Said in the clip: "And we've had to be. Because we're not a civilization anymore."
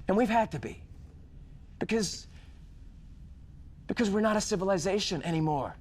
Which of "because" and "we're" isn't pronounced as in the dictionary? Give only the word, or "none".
none